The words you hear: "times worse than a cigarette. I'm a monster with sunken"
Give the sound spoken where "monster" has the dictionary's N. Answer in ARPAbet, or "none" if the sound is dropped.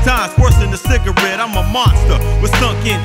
N